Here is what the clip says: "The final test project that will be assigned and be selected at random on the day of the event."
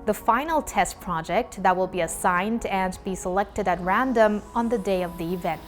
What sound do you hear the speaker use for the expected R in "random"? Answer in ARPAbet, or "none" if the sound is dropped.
R